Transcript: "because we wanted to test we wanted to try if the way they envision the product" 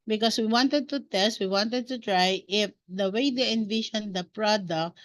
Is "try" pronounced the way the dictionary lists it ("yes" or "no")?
yes